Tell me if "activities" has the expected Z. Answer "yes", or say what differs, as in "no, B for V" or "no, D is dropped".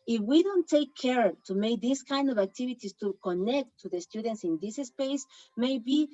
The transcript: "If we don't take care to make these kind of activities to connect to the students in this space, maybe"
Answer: no, S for Z